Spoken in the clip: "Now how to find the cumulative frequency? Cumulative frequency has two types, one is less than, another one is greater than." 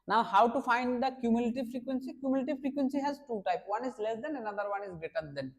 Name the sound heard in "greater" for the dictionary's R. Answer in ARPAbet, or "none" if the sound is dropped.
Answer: none